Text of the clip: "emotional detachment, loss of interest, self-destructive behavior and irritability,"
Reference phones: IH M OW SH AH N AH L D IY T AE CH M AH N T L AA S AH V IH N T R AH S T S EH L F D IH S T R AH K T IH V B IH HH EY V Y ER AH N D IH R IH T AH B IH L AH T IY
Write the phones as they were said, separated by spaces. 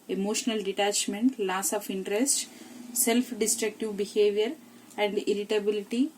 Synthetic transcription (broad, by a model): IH M OW SH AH N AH L D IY T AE CH M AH N T L AA S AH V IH N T R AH S T S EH L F D IH S T R AH K T IH V B IH HH EY V Y ER AH N D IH R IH T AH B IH L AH T IY